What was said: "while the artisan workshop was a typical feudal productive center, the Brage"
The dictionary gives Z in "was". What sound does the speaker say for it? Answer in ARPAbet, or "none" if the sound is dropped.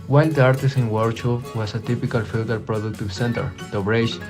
S